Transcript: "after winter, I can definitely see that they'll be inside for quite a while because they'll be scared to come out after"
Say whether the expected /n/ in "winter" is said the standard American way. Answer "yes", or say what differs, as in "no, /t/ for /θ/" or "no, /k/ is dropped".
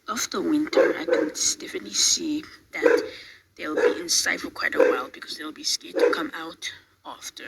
yes